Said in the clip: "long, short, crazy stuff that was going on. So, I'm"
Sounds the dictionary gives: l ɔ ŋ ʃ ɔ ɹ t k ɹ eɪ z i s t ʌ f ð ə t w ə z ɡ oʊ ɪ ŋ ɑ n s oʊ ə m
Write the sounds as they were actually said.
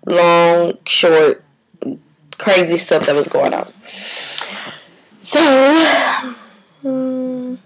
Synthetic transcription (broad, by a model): l ɔ ŋ ʃ ɔ ɹ t k ɹ eɪ z i s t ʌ p ð ə t w ə z ɡ oʊ ɪ ŋ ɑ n s oʊ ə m